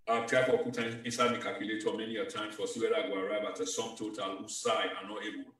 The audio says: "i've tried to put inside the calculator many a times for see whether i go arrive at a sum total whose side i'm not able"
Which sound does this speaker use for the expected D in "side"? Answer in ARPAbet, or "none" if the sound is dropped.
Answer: none